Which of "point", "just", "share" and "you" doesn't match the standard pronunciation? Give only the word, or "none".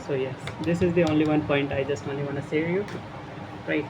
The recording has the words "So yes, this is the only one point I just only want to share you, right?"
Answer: share